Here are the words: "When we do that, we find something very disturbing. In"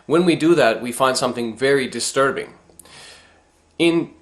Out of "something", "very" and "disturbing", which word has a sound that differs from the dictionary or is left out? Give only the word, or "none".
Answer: none